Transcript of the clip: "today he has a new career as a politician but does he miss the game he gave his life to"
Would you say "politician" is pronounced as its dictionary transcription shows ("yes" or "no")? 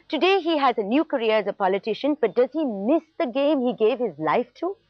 yes